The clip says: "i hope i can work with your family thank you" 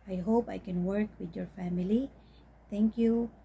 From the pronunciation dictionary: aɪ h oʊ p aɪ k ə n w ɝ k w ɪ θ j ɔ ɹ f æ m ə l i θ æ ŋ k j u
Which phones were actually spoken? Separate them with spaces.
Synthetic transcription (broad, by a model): aɪ h oʊ p aɪ k ə n w ɝ k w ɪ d j ɔ ɹ f æ m ə l i t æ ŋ k j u